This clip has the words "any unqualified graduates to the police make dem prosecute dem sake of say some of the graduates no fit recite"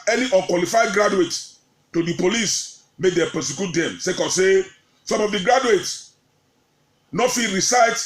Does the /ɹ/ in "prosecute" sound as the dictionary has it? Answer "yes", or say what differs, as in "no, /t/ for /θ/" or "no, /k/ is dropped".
no, /ɹ/ is dropped